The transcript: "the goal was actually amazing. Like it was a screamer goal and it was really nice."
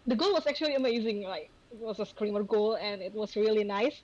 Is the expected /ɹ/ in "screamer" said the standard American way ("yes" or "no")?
yes